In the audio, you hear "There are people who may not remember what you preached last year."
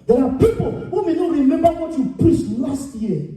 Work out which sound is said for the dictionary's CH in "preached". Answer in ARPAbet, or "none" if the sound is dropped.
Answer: S